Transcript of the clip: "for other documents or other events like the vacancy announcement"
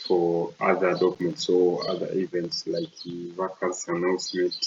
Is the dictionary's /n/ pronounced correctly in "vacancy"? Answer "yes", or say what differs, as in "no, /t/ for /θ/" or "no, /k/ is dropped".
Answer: no, /l/ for /n/